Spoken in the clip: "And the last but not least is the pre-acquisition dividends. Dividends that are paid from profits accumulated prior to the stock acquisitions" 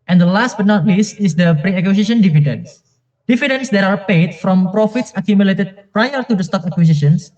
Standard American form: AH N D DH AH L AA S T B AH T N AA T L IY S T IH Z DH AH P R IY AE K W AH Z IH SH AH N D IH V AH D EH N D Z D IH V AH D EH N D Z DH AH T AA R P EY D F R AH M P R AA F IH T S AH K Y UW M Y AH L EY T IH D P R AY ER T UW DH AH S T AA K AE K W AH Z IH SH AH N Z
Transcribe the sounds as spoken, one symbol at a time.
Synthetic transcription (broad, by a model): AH N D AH L AA S T B AH T N AA T L IY S T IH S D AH P R IY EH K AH S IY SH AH N D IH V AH D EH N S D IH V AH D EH N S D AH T AA R P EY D F R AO M P R AA F IH T S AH K Y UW M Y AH L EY T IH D P R AY ER T UW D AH S T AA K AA K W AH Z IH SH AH N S